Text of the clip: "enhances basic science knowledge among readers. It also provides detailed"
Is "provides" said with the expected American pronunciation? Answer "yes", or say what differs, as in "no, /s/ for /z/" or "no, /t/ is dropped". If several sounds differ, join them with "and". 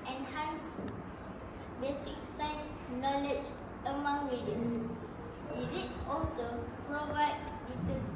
no, /z/ is dropped